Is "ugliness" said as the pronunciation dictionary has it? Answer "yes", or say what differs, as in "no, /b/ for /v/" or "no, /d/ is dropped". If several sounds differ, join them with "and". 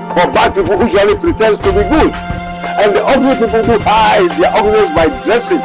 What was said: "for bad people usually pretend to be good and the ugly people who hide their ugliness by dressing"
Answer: no, /l/ is dropped